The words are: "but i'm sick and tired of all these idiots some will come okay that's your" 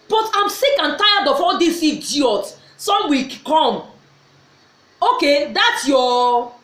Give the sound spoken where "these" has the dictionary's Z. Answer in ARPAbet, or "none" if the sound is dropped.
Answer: S